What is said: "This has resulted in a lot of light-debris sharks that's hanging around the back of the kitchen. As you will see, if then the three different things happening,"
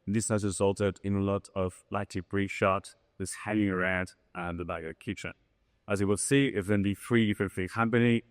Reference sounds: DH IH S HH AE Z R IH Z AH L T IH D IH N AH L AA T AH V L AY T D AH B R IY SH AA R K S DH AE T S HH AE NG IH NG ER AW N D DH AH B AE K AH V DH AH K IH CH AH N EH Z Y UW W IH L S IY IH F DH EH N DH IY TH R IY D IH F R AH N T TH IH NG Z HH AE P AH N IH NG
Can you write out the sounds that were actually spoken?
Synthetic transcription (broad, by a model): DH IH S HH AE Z R IH Z AH L T IH D IH N AH L AA T AH V L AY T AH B R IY SH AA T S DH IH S HH AE NG IH NG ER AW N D DH AH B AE AH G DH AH K IH CH AH N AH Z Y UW W IH L S IY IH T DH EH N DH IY TH R IY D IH F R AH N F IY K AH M P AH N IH